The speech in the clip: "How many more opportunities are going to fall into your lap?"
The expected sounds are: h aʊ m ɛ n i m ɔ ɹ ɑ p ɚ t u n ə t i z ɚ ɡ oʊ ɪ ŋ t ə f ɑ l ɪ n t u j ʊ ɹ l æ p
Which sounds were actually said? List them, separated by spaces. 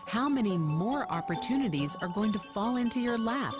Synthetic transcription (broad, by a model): h aʊ m ɛ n i m ɔ ɹ ɑ p ɚ t u n ə t i z ɚ ɡ oʊ ɪ ŋ t ə f ɑ l ɪ n t u j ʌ ɹ l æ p